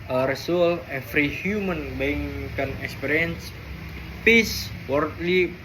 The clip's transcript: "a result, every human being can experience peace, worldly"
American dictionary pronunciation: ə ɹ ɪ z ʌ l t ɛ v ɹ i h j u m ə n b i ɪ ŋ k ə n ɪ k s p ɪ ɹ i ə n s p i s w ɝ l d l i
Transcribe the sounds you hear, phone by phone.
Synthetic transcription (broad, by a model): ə ɹ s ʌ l ɛ f ɹ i h j u m ə n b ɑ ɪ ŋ k ə n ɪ k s p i ɹ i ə n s p i s w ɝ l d l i